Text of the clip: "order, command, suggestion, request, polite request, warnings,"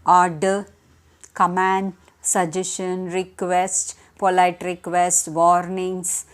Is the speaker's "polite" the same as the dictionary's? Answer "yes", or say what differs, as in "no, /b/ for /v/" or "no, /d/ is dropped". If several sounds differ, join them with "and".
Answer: yes